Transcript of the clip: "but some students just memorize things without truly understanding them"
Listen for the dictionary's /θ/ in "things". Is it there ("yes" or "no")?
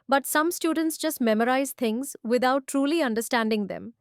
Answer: no